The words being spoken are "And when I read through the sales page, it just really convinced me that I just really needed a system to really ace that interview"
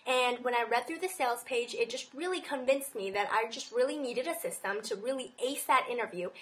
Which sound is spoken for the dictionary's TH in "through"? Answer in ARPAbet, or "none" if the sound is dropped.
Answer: TH